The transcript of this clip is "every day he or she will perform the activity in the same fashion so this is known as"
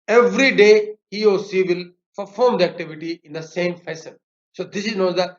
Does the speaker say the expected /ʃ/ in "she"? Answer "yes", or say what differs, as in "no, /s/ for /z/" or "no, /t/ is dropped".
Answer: no, /s/ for /ʃ/